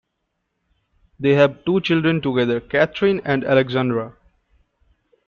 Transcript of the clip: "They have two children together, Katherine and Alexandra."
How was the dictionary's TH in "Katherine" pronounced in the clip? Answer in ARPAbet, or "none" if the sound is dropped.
T